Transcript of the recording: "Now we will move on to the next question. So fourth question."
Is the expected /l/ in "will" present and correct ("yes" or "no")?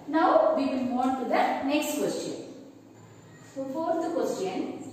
no